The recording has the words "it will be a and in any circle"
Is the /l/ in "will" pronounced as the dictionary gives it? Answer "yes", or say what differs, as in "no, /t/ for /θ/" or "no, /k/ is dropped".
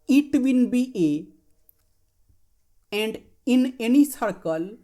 no, /n/ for /l/